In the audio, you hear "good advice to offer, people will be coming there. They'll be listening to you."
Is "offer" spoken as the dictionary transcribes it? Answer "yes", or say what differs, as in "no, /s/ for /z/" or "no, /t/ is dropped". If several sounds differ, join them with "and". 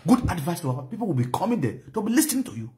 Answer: no, /f/ is dropped